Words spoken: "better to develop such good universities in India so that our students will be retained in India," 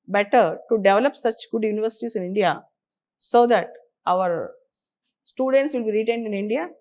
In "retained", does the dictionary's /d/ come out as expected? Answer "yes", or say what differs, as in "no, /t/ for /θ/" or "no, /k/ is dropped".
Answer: yes